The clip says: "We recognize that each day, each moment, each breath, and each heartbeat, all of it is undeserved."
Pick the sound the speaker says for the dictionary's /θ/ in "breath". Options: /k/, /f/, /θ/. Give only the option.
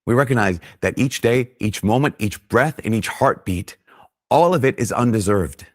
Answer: /θ/